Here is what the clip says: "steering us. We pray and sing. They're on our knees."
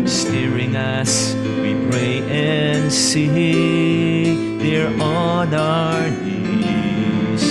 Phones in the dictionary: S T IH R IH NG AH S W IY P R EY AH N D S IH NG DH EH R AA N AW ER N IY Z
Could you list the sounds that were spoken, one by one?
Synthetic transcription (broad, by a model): S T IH R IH NG AH S W IY P R EY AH N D S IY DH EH R AA N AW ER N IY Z